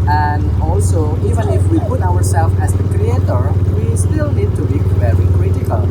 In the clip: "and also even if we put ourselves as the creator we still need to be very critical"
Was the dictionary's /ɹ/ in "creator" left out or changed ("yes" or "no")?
no